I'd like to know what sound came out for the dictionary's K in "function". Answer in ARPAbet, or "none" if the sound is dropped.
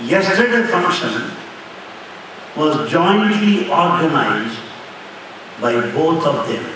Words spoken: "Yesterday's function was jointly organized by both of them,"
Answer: K